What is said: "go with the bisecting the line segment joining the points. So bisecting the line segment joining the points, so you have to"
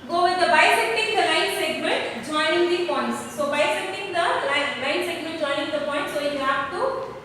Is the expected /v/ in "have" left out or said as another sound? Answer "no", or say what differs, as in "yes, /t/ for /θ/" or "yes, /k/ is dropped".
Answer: yes, /p/ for /v/